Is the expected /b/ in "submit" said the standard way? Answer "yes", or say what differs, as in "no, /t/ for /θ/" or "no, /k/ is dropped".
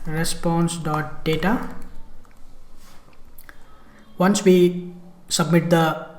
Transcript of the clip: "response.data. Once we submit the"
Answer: yes